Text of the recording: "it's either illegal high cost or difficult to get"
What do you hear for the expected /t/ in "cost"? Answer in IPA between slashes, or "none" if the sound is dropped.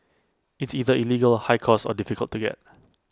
none